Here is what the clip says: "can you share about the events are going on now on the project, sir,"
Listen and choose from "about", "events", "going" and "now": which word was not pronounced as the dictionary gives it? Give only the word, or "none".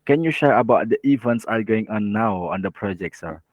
none